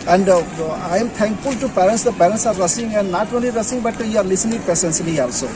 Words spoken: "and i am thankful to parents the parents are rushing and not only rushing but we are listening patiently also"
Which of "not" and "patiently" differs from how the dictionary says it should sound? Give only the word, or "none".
patiently